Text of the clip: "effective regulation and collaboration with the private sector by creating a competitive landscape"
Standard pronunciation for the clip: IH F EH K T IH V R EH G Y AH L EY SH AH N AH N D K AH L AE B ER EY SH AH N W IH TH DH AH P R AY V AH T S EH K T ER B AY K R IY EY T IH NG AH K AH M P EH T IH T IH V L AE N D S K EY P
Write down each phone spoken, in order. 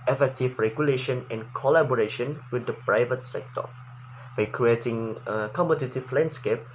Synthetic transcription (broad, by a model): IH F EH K T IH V R EH G Y AH L EY SH AH N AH N K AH L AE B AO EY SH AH N W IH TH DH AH P R AY V AH T S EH K T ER B AY K R IY EY T IH NG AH K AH M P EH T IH T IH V L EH N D S K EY P